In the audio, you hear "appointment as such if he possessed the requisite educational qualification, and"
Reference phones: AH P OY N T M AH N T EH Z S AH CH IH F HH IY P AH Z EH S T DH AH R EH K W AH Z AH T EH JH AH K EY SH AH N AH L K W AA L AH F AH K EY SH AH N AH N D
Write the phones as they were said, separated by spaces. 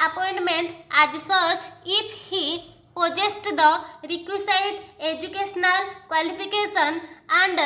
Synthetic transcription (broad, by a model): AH P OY N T M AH N T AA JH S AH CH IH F HH IY P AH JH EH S T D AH R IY K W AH S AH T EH JH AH K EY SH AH N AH L K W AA L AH P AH K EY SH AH N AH N D